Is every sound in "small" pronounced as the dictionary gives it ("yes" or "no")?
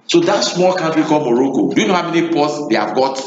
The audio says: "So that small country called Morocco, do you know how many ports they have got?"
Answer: yes